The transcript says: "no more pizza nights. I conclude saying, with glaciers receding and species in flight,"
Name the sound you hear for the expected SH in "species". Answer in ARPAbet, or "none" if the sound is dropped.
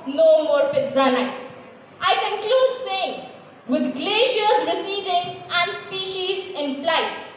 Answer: SH